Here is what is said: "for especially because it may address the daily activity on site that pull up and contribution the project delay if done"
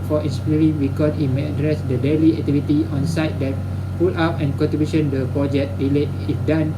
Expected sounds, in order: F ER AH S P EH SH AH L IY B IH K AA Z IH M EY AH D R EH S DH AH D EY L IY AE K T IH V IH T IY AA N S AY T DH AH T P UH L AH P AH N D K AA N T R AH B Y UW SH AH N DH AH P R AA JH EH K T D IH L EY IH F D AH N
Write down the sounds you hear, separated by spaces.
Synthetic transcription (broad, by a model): F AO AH S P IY AH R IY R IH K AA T IH M EY AH D R EH S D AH D EY L IY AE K T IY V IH T IY AA N S AY T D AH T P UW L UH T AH N K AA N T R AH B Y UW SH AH N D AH P R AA JH EH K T D IH L EY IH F D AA N